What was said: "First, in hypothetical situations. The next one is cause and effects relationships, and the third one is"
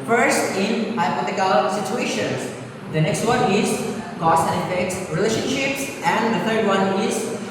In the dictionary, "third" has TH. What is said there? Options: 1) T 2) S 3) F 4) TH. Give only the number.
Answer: 1